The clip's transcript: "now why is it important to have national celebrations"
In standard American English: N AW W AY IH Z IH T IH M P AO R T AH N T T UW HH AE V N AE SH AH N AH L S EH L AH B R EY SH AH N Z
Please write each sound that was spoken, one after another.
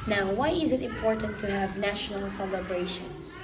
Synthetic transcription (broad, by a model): N AW W AY IH Z IH T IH M P AO R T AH N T T UW HH AE V N AE SH AH N AH L S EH L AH B R EY SH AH N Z